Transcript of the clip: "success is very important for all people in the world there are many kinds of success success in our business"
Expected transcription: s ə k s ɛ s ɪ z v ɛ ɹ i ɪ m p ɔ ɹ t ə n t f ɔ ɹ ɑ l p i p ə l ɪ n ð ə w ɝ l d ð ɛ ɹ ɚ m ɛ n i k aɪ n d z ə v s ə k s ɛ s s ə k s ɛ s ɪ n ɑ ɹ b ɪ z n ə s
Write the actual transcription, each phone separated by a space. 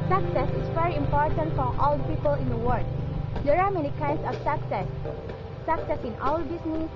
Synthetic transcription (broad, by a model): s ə k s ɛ s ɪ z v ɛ ɹ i ɪ m p ɔ ɹ t ə n t f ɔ ɹ ɑ l p i p ə l ɪ n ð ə w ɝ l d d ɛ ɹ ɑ m ɛ n i k aɪ n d s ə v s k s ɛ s s ə k s ɛ s ɪ n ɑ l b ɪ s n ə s